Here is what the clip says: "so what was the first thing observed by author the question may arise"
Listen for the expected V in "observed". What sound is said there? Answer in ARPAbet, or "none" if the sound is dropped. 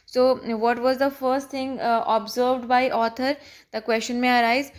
V